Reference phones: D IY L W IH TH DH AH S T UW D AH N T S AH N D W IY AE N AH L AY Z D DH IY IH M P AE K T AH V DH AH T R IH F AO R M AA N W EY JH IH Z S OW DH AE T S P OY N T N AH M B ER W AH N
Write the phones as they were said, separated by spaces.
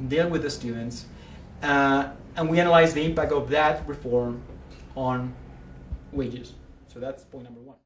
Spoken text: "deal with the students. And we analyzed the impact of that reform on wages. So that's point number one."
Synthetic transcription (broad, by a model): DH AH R W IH DH AH S T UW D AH N T S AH N W IY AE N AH L AY Z DH IY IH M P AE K AH V DH AH T R IH F AO R M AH N W EY JH IH Z S OW DH AE T S P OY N N AH M B ER W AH N